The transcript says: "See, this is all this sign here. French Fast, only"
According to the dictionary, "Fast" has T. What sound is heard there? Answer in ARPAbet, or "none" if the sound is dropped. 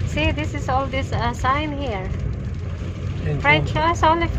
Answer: none